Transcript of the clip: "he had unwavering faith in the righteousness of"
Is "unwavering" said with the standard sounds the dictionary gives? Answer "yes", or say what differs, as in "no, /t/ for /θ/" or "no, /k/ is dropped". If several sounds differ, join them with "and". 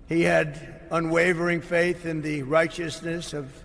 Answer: yes